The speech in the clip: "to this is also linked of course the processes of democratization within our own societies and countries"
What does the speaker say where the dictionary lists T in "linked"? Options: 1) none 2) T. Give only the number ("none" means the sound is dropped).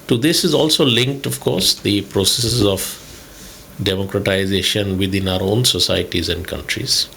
2